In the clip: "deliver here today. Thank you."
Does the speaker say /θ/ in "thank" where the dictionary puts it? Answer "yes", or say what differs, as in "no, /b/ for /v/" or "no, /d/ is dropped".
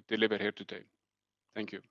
no, /t/ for /θ/